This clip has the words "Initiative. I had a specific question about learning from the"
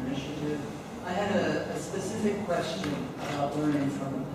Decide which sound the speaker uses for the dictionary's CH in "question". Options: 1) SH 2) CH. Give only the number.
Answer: 2